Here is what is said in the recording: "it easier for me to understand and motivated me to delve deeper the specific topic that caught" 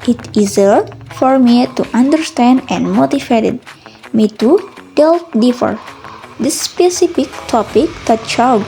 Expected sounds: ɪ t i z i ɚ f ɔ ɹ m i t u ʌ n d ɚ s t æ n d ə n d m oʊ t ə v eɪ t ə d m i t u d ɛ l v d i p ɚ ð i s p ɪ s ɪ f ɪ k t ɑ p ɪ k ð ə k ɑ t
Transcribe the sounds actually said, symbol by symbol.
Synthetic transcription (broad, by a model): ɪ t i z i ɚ f ɔ ɹ m i t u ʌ n d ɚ s t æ n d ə n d m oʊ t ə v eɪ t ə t m i t u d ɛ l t d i f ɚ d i s p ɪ s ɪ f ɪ k t ɑ p ɪ k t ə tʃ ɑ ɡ